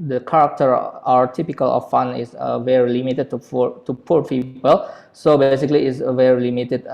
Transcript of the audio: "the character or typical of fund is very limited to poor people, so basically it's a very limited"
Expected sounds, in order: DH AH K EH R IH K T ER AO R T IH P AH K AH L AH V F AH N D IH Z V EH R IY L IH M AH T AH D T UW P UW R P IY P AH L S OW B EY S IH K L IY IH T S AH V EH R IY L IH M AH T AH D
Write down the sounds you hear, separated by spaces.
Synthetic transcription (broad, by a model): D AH K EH R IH K T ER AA W T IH P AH K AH L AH F F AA N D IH S V EH R IY L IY M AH T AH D T UW P UW R P IY P AH L S OW B EY S IH K L IY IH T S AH V EH R IY L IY M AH T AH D